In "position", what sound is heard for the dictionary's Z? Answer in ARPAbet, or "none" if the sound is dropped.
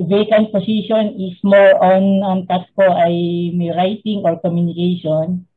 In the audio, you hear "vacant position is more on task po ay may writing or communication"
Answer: S